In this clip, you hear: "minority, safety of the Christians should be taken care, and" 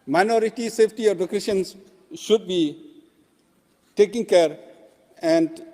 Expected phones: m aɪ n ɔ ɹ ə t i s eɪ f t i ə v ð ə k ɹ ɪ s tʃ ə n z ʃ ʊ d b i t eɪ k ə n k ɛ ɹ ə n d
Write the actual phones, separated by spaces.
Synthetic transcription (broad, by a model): m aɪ n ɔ ɹ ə t i s eɪ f t i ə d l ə k ɛ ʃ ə n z ʃ ʊ d b i t eɪ k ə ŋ k ɛ ɹ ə n d